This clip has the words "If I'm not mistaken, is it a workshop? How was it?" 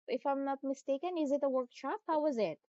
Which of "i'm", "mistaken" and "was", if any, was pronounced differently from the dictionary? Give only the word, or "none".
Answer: none